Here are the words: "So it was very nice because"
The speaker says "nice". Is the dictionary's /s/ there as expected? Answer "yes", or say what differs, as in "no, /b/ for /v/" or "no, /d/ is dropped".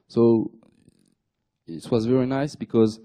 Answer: yes